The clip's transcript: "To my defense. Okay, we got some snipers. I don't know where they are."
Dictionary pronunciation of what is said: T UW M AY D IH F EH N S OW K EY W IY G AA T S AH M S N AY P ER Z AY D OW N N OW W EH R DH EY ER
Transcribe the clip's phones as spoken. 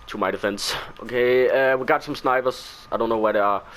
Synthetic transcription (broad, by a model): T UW M AY D IH F EH N S OW K EY W IY G AA T S AH M S N AY B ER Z AY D OW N N OW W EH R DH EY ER